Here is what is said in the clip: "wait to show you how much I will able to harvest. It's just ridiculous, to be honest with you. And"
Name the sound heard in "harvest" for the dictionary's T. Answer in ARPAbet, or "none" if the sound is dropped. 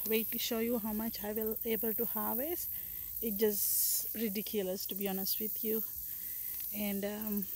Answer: none